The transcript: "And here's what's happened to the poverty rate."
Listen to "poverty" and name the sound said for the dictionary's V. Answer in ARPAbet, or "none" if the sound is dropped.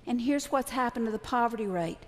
V